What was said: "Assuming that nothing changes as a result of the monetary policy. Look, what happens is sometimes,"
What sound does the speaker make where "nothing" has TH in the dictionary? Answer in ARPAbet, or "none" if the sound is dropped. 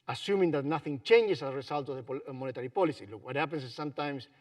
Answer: TH